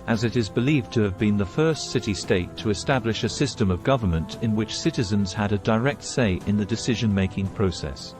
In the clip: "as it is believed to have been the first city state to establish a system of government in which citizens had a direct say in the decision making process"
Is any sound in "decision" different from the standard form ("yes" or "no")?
no